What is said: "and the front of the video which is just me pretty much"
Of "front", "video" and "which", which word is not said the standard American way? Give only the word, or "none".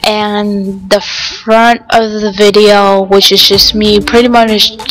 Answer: none